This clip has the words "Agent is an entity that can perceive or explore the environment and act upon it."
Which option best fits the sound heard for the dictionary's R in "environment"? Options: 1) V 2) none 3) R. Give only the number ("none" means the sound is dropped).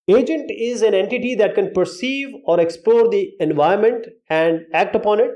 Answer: 2